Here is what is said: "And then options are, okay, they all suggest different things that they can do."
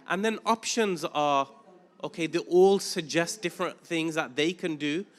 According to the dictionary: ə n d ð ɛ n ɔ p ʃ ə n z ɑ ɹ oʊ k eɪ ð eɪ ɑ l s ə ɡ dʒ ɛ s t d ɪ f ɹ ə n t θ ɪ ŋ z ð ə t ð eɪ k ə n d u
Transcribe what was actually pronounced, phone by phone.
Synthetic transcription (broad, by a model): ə n ð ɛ n ɔ p ʃ ə n z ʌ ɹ oʊ k eɪ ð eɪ ɑ l s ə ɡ dʒ ɛ s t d ɪ f ɹ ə n θ ɪ ŋ z ð ə t ð eɪ k ə n d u